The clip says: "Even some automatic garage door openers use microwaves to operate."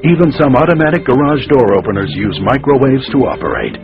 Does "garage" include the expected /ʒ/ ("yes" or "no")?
yes